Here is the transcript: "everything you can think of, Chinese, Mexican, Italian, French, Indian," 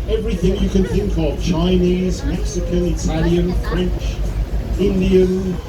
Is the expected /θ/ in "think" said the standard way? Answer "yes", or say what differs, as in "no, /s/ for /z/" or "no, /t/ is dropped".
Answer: yes